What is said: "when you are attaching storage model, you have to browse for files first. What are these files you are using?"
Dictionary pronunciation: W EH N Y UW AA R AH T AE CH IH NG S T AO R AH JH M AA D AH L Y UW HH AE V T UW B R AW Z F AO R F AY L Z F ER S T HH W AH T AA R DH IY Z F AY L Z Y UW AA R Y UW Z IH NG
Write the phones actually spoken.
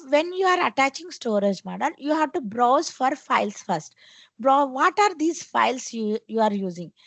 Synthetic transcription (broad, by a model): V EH N Y UW AA R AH T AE CH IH NG S T AO R AH JH M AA D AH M Y UW HH AE V T UW B R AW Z F AO R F AY L S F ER S T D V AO T AA R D IY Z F AY L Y Y UW AA R Y UW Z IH NG